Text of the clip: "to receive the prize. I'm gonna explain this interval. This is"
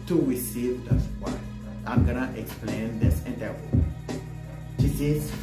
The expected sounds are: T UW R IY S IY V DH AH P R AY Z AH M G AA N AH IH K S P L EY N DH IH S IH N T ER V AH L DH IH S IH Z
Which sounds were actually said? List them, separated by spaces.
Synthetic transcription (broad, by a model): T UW R IY S IY V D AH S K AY AH M G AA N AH IH K S P L EY N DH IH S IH N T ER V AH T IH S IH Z